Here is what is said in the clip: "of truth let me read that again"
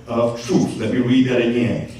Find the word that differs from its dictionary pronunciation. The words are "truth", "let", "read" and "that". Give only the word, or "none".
truth